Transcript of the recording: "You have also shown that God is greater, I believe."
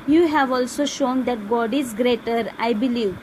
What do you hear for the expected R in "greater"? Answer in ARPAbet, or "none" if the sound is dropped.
R